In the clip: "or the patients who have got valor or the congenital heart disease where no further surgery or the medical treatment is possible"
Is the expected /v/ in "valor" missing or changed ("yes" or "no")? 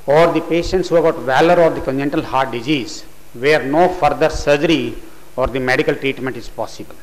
no